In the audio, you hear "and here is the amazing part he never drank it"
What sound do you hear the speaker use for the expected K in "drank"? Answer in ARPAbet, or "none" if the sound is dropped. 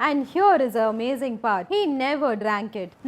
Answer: K